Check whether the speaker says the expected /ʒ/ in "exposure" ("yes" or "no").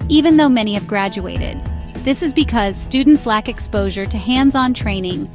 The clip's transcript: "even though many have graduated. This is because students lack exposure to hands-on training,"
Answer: yes